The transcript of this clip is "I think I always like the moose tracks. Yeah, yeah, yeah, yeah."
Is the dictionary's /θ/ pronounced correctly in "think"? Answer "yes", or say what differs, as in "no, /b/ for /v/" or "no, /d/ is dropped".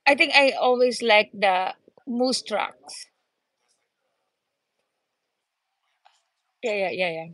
no, /t/ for /θ/